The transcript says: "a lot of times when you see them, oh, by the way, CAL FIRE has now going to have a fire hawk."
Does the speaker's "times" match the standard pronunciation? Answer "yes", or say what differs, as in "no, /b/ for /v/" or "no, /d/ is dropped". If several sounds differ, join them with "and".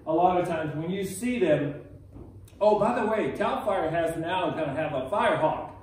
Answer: yes